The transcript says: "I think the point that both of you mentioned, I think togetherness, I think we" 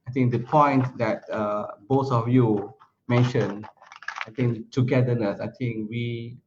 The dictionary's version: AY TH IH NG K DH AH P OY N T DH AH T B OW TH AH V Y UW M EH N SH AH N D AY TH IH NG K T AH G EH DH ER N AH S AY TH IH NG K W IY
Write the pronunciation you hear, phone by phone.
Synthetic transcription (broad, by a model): AY T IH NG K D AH P OY N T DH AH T B OW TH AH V Y UW M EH N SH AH N AY T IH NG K T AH G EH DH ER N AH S AY T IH NG K W IY